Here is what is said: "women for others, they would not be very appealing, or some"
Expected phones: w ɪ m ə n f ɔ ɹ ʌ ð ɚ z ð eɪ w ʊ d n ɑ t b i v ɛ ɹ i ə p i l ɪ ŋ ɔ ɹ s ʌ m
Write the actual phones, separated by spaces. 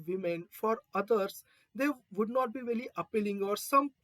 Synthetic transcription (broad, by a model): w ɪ m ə n f ɔ ɹ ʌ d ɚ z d eɪ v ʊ d n ɑ t b i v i l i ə p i l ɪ ŋ ɔ ɹ s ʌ m